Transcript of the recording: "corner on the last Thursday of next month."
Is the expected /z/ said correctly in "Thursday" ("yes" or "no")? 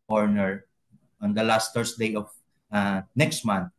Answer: no